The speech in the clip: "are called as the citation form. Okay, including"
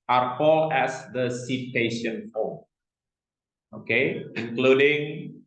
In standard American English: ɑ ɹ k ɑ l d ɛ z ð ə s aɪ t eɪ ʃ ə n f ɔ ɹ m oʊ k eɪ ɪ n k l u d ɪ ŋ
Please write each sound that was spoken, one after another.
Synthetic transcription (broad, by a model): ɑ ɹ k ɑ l ɛ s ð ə s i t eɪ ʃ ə n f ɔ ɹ oʊ k eɪ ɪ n k l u d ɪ ŋ